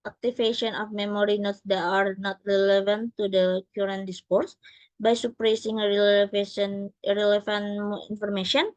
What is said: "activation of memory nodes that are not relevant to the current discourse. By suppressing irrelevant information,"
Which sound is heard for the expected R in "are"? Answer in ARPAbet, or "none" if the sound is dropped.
R